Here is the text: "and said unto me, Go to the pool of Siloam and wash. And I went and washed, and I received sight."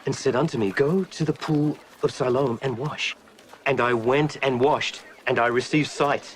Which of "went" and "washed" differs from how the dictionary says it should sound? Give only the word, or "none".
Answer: none